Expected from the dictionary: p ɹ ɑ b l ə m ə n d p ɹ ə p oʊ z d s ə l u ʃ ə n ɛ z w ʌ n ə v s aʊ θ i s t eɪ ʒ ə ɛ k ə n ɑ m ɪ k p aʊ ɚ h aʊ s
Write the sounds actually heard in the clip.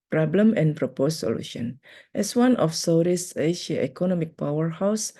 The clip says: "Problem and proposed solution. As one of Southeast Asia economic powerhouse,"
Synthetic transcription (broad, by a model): p ɹ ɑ b l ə m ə n p ɹ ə p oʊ s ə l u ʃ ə n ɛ s w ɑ n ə f s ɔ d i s eɪ ʃ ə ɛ k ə n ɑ m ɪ k p aʊ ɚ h aʊ s